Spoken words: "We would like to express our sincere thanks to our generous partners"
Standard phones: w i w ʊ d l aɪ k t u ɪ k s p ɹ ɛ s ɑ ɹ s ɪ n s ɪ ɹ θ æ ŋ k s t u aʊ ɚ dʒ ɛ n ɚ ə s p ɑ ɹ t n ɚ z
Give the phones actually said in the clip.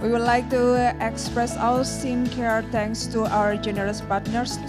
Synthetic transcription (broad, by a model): w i w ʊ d l aɪ k t u ɪ k s p ɹ ɛ s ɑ l s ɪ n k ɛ ɹ t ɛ ŋ k s t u aʊ ɚ dʒ ɛ n ɚ ə s p ɑ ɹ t n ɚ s